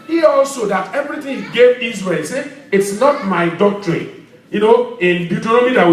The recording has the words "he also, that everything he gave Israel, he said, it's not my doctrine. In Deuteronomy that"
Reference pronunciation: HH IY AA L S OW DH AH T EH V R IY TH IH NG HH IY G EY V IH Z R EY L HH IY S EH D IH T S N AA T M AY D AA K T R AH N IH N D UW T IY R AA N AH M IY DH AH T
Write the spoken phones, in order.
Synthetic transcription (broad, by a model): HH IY AA L S OW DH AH T EH V R IY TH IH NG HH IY G EY V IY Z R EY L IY S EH IH T S N AA T M AY D AA K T R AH N IH N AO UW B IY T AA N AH M IY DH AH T